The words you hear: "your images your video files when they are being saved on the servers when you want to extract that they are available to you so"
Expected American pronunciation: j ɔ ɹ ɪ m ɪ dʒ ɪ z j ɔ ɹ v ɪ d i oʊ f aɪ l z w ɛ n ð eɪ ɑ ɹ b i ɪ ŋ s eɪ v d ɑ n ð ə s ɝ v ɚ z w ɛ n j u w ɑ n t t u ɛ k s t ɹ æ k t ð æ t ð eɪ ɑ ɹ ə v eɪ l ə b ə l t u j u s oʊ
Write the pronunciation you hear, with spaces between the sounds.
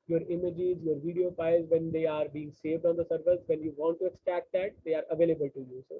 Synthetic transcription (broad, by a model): j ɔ ɹ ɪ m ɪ dʒ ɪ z j ɔ ɹ v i d i oʊ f aɪ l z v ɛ n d eɪ ɑ ɹ b i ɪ ŋ s eɪ v d ɑ n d ə s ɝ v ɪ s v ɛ n j u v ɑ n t t u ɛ k s t æ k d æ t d eɪ ɑ ɹ ə v eɪ l ə b ə l t u j u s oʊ